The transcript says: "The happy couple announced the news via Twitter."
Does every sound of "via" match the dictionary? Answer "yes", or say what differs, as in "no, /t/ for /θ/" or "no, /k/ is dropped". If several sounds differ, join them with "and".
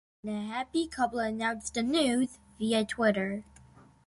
yes